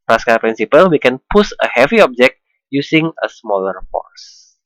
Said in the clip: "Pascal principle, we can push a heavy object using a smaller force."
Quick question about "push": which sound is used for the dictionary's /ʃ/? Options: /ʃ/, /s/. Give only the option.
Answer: /s/